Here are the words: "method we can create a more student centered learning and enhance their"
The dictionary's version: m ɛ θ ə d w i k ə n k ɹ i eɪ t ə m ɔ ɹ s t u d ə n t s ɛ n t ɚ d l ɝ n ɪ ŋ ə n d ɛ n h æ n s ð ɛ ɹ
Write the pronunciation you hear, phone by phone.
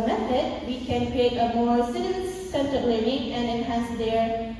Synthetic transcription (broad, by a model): m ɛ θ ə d w i k ə n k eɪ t ə m ɔ ɹ s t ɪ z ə n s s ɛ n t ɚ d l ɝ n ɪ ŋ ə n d ɛ n h æ n s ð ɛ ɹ